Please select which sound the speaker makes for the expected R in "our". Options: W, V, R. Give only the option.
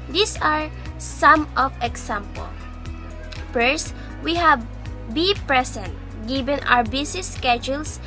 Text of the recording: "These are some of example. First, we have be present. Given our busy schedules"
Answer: W